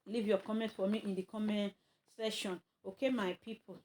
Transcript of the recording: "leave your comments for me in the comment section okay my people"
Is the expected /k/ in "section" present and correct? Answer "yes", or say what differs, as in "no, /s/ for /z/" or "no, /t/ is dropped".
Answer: no, /k/ is dropped